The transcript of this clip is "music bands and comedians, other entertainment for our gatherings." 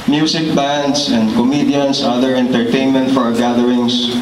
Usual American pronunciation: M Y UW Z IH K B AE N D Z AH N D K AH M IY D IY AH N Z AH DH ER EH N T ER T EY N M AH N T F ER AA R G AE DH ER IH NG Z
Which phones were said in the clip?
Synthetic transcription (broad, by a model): M Y UW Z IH K B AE N D S AH N D K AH M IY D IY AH N S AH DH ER EH N T ER T EY N M AH N T F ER AA R G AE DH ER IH NG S